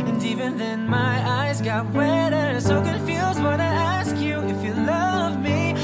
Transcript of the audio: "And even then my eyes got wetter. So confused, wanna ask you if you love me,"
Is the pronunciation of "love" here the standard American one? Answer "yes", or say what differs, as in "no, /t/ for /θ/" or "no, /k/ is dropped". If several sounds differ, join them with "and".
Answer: yes